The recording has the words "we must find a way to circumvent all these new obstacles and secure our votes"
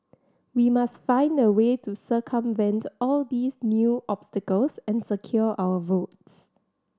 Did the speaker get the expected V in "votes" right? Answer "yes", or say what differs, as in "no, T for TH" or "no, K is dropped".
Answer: yes